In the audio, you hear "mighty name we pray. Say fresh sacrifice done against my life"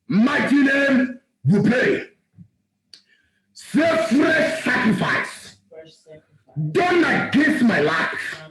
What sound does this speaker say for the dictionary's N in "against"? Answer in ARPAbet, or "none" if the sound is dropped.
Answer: none